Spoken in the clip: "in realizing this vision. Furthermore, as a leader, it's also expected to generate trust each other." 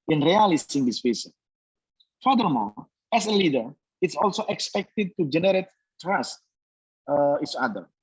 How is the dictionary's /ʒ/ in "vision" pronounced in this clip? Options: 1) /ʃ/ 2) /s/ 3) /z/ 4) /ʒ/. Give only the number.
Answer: 2